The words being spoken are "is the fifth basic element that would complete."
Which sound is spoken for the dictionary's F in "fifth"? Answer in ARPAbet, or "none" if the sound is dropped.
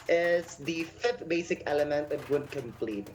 F